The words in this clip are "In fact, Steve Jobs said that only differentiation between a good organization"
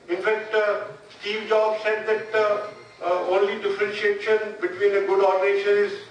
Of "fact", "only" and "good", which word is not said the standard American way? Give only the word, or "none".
none